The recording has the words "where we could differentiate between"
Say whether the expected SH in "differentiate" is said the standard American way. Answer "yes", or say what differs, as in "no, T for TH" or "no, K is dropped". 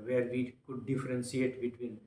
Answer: no, S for SH